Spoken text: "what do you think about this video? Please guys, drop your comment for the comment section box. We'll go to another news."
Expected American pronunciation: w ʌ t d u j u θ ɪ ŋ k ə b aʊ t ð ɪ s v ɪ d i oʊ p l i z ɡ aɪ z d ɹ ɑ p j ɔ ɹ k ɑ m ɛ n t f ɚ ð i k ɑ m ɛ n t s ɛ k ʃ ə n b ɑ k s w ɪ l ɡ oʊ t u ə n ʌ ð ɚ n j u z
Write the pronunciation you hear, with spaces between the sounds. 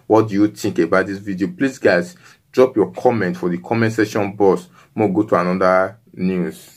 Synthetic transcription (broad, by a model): w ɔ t d u j u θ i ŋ k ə b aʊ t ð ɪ s v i d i oʊ p l i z ɡ aɪ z d ɹ ɑ p j ɔ k ɑ m ɛ n t f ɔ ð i k ɑ m ɛ n t s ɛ ʃ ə n b ɑ s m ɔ ɡ oʊ t u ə n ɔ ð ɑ n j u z